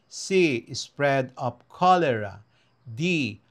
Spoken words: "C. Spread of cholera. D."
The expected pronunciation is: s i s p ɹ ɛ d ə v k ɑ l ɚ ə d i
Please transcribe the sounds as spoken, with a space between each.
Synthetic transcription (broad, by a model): s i s p ɹ ɛ d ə p k ɑ l ɚ ə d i